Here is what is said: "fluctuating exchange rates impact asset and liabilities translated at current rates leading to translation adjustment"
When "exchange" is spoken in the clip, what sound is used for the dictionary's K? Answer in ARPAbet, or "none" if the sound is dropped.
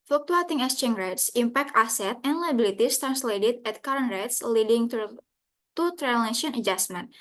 none